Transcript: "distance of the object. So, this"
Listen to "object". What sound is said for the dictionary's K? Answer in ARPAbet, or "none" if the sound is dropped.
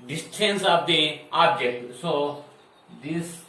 none